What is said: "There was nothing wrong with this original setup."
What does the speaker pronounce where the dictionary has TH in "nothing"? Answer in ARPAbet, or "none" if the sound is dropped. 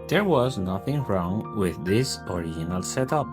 TH